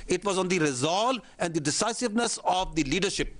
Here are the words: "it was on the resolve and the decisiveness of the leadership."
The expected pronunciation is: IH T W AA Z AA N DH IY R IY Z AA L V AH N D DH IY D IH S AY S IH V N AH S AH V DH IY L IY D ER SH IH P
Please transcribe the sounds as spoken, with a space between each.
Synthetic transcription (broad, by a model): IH T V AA Z AA N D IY R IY Z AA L AH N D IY D IH S AY S IH V N AH S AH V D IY L IY D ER SH IH P